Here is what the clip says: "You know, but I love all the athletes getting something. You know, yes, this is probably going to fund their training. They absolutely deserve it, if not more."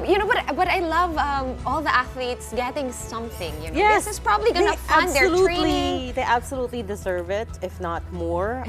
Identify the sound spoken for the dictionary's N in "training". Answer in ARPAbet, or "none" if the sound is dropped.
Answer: L